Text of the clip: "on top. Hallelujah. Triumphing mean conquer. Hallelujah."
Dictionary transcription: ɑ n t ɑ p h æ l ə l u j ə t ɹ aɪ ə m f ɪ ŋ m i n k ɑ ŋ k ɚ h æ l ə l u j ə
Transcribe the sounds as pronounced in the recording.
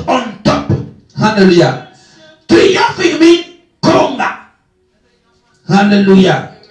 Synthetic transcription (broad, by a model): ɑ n t ɑ p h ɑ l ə l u j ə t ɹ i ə f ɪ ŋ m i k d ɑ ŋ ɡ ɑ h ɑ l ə l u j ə